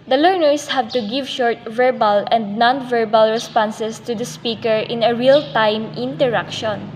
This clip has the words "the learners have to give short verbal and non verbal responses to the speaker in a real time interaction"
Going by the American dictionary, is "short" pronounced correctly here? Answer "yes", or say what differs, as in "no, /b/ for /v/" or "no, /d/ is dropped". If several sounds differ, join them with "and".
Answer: yes